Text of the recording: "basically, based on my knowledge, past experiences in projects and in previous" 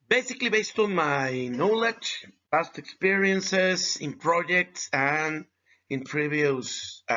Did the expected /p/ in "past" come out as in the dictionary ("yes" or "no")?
no